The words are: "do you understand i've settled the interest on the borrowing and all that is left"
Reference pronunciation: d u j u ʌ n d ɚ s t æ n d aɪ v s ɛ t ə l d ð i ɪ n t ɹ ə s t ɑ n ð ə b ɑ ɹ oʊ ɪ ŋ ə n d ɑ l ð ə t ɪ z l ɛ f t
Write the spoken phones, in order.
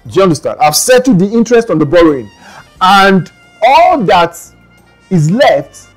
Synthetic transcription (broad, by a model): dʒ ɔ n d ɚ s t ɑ d aɪ v s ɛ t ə d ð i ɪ n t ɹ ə s t ɑ n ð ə b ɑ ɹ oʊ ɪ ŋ ə n d ɑ l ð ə t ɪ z l ɛ f t